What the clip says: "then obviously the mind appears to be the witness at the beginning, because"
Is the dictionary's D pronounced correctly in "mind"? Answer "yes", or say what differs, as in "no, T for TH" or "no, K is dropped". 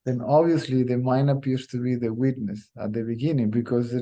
no, D is dropped